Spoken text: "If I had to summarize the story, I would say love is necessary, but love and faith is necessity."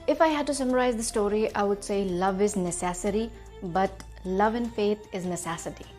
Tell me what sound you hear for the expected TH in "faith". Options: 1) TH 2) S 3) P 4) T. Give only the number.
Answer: 4